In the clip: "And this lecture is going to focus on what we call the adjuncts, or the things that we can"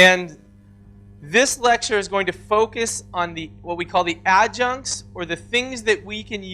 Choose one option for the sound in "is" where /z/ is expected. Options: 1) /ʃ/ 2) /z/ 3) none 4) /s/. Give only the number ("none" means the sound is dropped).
2